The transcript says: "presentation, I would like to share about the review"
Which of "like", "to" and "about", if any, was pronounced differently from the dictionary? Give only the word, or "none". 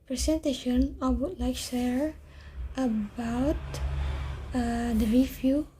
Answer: to